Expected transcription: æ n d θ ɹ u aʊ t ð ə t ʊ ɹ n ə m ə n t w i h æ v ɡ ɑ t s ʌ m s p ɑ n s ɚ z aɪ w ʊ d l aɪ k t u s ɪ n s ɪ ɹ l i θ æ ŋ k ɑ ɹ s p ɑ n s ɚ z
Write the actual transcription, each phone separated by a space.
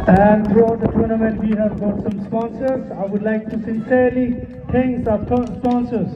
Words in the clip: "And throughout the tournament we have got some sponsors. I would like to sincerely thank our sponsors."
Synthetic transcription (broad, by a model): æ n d t ɹ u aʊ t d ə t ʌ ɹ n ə m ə n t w i h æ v ɡ ɑ t s ʌ m s p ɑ n s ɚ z aɪ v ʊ d l aɪ k t u s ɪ n s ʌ ɹ l i t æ ŋ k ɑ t s p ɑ n s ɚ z